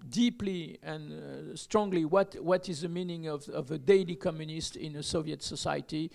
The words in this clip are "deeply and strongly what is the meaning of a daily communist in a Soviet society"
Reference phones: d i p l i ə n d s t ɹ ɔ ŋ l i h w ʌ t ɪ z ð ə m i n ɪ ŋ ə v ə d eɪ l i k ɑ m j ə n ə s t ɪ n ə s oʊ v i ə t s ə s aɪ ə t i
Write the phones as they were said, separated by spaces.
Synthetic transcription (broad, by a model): d i p l i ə n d s t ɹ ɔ ŋ l i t w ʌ t ɪ z ð ə m i n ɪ ŋ ə v ə d eɪ l i k ɑ m j ə n ə s t ɪ n ə s oʊ v i ə t s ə s aɪ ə t i